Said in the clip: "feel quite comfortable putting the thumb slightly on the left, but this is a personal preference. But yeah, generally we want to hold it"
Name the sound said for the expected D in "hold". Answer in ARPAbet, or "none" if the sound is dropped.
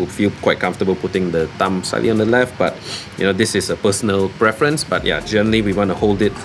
D